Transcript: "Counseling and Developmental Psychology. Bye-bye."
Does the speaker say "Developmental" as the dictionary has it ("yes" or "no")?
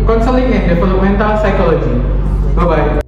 no